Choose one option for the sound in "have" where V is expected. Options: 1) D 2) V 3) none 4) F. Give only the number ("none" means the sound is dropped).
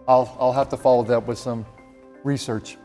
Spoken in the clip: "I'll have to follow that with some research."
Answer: 4